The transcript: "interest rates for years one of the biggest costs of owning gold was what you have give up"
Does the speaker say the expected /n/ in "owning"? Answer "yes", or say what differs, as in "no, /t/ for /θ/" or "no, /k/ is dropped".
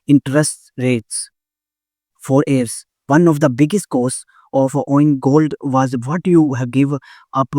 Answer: no, /n/ is dropped